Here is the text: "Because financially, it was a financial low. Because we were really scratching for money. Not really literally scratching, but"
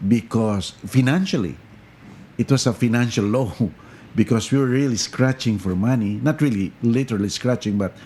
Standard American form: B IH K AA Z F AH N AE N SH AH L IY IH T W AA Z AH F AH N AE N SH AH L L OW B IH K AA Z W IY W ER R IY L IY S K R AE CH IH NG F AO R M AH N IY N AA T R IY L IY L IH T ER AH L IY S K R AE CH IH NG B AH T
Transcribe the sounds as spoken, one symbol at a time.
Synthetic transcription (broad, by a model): B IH K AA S F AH N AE N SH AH L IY IH T W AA S AH F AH N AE N SH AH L L OW B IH K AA S W IY W ER R IY L IY S K R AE CH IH NG F AO R M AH N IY N AA T R IY L IY L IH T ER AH L IY S K R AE CH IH NG B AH T